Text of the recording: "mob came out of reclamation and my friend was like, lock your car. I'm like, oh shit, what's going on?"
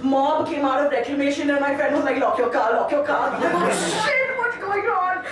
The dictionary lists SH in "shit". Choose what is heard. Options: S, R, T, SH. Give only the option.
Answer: S